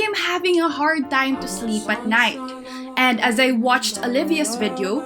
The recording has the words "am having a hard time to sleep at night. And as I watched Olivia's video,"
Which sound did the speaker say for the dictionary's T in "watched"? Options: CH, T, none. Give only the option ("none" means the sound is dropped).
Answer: T